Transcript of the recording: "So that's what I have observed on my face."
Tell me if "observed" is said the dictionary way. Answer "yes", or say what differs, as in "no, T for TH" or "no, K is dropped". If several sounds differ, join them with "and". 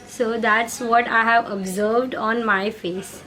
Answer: yes